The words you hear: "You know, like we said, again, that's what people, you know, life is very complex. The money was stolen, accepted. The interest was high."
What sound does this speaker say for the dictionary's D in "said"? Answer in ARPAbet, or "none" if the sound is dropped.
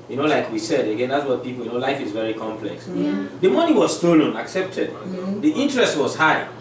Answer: D